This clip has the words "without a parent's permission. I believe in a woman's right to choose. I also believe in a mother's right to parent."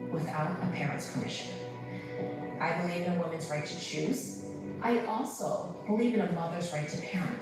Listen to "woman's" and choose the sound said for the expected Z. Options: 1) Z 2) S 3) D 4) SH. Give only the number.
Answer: 1